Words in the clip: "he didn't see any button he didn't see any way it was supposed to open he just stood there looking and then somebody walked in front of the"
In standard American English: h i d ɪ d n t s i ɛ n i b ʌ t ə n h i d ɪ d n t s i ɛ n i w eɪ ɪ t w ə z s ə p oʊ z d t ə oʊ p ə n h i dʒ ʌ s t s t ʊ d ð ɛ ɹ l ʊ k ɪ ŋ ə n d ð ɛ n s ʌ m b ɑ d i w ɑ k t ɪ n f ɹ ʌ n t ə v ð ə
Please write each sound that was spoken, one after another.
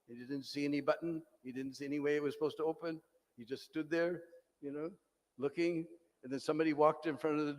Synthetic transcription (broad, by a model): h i d ɪ d n t s i ɛ n i b ʌ t n h i d ɪ d n t s i ɛ n i w eɪ ɪ t w ə z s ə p oʊ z t ə oʊ p ə n h i dʒ ʌ s t s t ʊ d ð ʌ ɹ l ʊ k ɪ ŋ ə n ð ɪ n s ʌ m b ɑ d i w ɑ k t ɪ n f ɹ ʌ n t ə v ð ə